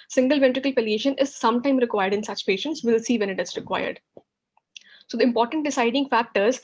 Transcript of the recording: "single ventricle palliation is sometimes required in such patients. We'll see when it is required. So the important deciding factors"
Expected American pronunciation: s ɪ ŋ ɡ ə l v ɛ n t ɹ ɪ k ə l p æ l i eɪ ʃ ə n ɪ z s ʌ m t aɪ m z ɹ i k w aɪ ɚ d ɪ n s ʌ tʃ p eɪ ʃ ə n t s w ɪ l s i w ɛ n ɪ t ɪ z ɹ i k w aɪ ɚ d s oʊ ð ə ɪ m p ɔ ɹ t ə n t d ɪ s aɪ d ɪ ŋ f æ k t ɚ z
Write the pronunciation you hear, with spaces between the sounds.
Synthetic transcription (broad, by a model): s ɪ ŋ ɡ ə l v ɛ n t ɹ ɪ k ə l p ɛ l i eɪ ʃ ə n ɪ z s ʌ m t aɪ m ɹ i k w aɪ ɚ d ɪ n s ʌ tʃ p eɪ ʃ ə n t s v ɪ l s i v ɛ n ɪ t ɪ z ɹ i k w aɪ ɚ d s oʊ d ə ɪ m p ɔ ɹ t ə n t d ɪ s aɪ d ɪ ŋ f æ k t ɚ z